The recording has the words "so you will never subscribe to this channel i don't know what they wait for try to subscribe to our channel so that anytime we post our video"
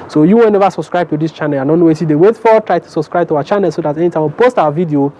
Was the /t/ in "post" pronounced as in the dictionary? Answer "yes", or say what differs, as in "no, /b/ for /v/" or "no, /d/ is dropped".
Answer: yes